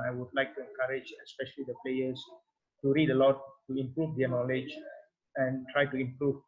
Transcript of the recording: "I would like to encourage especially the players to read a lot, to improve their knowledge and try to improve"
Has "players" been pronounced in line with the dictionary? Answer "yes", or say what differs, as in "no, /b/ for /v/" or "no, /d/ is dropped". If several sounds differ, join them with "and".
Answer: no, /s/ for /z/